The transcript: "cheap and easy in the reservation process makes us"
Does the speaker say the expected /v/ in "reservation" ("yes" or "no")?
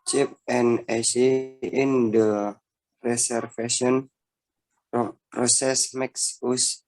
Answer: no